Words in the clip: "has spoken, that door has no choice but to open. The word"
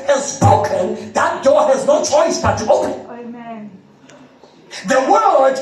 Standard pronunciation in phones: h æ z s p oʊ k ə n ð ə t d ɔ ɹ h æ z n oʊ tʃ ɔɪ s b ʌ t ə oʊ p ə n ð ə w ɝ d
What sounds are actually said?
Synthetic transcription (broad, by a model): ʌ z s p oʊ k ə n ð ə t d ɔ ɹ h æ z n oʊ tʃ ɔɪ s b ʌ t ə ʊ ə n ð ə w ɝ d